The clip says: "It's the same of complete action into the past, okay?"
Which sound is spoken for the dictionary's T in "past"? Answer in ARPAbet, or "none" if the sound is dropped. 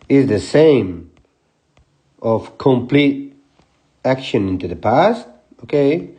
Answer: T